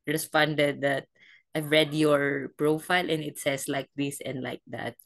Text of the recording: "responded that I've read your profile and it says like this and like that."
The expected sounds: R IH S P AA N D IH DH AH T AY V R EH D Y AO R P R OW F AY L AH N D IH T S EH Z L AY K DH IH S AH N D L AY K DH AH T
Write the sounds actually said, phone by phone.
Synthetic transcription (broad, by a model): R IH S P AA N D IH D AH T AY V R EH D Y AO R P R OW F AY L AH N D IH T S EH S L AY K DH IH S AH N D L AY K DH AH T